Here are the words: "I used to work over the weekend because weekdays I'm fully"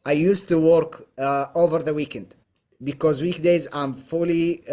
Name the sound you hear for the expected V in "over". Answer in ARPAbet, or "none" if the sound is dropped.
V